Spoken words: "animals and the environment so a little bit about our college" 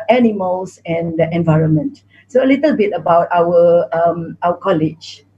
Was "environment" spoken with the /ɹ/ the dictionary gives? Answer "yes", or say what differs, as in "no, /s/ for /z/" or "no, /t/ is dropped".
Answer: yes